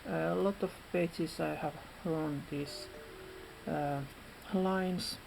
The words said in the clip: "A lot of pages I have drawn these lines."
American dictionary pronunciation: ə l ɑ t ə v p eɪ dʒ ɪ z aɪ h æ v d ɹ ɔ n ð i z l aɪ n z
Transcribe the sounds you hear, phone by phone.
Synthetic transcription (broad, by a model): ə l ɑ t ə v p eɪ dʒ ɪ s aɪ h æ v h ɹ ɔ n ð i s l aɪ n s